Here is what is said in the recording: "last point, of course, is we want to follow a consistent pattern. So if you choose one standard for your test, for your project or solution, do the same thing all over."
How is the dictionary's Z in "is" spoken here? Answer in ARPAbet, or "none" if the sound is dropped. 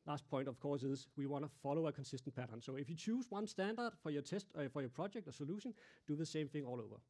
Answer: S